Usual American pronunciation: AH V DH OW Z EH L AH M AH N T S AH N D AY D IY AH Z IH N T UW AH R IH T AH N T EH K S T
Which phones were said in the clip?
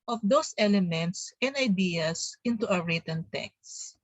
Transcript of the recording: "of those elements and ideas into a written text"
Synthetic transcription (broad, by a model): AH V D OW S EH L AH M AH N T S AH N D AY D IY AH S IH N T UW AH R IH T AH N T EH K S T